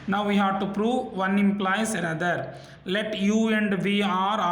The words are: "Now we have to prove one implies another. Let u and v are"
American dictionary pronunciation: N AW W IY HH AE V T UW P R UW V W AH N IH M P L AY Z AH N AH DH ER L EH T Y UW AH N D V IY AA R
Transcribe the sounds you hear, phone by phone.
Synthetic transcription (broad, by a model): N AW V IY HH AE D T UW P R UW V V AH N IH M P L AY S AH N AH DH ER L EH T Y UW AH N D V IY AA R